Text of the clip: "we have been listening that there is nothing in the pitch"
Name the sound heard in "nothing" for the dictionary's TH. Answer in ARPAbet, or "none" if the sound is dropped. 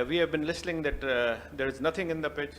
T